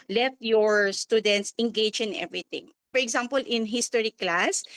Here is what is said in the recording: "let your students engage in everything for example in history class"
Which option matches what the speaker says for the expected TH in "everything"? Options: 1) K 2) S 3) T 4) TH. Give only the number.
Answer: 3